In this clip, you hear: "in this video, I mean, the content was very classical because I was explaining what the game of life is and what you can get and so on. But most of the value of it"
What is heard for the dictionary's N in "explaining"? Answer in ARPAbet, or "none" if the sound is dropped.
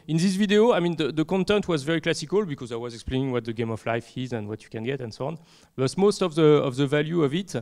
N